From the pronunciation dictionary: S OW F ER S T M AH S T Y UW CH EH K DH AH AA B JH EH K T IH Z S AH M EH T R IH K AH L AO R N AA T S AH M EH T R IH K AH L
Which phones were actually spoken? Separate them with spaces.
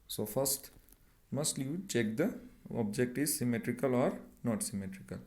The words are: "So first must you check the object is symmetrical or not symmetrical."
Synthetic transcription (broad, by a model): S OW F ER S T M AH S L Y UW CH EH K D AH AA B JH EH K T IH Z S AH M EH T R IH K AH L AO R N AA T S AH M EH T R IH K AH L